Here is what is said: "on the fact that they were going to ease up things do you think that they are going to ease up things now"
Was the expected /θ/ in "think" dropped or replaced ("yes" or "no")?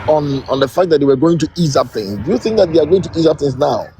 no